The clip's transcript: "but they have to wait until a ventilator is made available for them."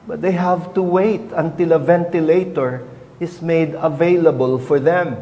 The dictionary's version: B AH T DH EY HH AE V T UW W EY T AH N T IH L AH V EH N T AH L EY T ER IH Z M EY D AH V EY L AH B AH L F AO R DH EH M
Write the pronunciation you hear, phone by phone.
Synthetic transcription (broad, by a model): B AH T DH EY HH AE V T UW W EY T AH N T IH L AH V EH N T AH L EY T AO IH S M EY D AH V EY L AH B AH L F AO R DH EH M